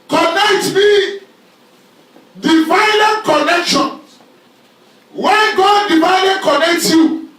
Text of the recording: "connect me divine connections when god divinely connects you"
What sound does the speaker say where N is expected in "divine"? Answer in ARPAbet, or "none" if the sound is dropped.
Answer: L